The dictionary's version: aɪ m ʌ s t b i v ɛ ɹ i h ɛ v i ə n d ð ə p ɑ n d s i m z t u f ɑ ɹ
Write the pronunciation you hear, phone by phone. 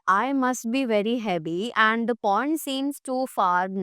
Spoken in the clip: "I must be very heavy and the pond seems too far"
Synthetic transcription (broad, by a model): aɪ m ʌ s t b i v ɛ ɹ i h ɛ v i ə n d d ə p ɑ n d s i m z t u f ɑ ɹ